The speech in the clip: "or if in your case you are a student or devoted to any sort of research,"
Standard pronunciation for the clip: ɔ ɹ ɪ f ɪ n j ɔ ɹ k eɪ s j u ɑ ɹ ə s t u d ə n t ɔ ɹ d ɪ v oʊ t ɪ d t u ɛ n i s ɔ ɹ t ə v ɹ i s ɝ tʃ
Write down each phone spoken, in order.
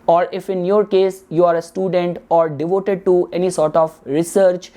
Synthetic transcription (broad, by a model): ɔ ɹ ɪ f ɪ n j ɔ ɹ k eɪ s j u ɑ ɹ ə s t u d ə n t ɔ ɹ d ɪ v oʊ t ɪ d t u ɛ n i s ɔ ɹ t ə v ɹ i s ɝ tʃ